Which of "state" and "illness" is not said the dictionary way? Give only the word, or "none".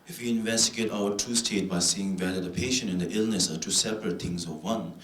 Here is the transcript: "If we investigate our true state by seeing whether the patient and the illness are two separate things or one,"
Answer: none